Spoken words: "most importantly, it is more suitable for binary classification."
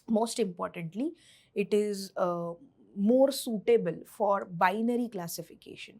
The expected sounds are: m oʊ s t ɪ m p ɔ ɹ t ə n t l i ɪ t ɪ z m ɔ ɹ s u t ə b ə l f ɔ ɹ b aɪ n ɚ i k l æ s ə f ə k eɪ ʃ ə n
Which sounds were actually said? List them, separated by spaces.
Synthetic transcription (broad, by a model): m oʊ s t ɪ m p ɔ ɹ t ə n t l i ɪ t ɪ z m ɔ ɹ s u t ə b ə l f ɔ ɹ b aɪ n ɚ i k l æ s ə f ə k eɪ ʃ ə n